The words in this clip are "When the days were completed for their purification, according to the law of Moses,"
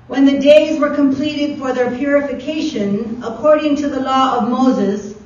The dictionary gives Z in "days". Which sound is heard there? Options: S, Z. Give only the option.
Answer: Z